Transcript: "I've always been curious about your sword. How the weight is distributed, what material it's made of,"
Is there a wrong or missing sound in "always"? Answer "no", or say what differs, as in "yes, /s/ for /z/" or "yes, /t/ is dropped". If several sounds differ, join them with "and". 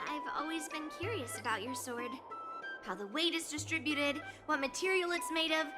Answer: no